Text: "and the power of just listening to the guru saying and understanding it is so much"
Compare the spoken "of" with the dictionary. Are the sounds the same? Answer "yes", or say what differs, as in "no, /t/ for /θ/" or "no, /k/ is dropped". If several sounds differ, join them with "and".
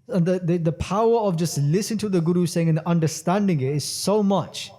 yes